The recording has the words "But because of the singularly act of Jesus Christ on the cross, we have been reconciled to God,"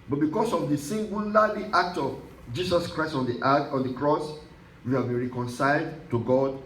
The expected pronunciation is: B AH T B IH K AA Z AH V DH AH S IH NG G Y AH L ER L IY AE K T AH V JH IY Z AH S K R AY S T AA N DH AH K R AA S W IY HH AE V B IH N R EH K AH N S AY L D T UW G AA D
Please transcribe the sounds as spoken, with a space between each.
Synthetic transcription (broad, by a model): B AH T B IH K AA S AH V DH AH S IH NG G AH L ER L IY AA K T AH V JH IY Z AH S K R AY S T AA N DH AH K R AA S W IY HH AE V B IH N R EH K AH N S AY L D T UW G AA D